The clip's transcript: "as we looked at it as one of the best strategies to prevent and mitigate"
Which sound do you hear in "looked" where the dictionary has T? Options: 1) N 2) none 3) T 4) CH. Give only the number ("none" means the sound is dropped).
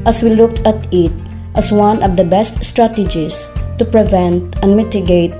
3